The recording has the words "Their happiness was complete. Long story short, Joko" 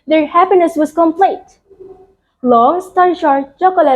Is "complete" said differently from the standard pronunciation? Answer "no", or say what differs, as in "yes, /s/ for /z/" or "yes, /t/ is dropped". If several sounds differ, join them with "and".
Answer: no